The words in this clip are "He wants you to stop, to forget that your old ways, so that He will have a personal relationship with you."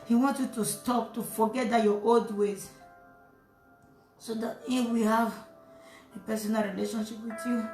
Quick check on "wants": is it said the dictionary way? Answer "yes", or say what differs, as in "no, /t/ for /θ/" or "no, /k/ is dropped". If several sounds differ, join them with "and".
no, /s/ is dropped